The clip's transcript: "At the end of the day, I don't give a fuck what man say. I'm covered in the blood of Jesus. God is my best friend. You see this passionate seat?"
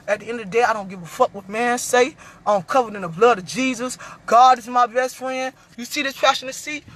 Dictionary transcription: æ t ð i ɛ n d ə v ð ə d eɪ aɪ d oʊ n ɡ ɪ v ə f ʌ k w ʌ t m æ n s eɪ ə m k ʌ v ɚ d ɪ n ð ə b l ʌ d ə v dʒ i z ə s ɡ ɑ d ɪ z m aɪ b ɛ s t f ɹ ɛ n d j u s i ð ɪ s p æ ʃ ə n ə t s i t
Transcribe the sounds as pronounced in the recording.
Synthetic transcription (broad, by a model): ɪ t ð i ɛ n d ə v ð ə d eɪ aɪ d oʊ n ɡ ɪ v ə f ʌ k w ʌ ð m æ n s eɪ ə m k ʌ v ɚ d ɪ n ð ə b l ʌ d ə v dʒ i z ə s ɡ ɑ d ɪ z m aɪ b ɛ s t f ɹ ɛ n d j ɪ s i ð ɪ s f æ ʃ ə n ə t s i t